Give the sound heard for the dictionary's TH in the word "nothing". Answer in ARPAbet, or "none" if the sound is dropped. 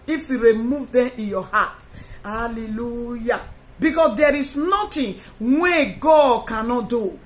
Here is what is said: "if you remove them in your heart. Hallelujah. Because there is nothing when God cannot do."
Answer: T